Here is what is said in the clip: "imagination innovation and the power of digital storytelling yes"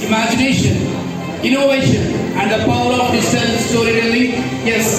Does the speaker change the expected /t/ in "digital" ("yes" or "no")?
yes